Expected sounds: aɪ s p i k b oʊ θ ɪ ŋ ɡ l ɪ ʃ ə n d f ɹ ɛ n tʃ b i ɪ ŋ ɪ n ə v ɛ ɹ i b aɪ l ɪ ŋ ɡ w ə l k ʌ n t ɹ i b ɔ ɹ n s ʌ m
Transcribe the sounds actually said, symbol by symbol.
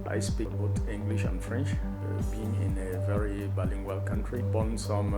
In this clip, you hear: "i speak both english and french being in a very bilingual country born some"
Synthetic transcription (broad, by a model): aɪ s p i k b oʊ t ɪ ŋ ɡ l ɪ ʃ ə n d f ɹ ɛ n tʃ b i ɪ ŋ ɪ n ə v ɛ ɹ i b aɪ l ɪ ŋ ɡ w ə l k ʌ n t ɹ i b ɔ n s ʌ m